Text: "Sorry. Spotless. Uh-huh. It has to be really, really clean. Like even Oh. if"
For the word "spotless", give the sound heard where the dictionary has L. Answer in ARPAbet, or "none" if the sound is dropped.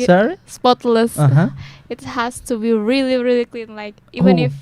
L